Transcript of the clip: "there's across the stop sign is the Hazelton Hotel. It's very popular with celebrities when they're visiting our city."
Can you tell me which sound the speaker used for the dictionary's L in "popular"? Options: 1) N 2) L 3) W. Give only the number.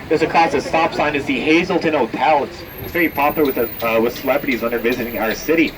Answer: 3